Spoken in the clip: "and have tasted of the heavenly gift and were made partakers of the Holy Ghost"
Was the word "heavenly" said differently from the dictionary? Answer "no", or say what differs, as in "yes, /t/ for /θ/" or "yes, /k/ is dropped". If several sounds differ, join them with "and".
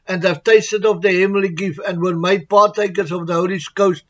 yes, /n/ is dropped